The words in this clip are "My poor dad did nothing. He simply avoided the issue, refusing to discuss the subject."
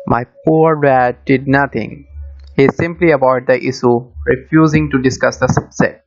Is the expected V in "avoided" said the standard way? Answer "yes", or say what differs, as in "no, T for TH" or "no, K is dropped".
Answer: no, B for V